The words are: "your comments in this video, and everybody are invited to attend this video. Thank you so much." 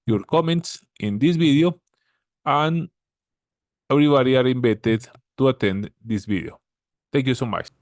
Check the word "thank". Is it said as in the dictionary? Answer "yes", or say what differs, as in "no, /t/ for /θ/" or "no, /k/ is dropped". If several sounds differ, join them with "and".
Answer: no, /t/ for /θ/